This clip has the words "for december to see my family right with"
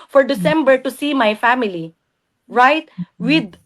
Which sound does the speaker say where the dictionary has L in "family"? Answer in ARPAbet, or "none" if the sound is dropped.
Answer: L